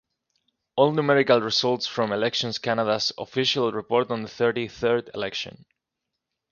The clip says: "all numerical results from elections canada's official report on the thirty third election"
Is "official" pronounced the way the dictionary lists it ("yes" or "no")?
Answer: yes